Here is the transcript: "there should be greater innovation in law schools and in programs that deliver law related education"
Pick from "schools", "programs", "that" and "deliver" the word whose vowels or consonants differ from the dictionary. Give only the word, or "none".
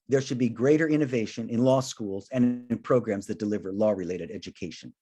none